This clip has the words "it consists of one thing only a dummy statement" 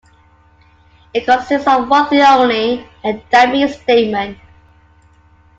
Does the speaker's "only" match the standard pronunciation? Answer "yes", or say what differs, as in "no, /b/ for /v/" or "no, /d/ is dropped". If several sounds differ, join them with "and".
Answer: no, /l/ is dropped